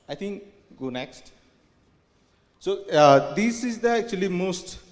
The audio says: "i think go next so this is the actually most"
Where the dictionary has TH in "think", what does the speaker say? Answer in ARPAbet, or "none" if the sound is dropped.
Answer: T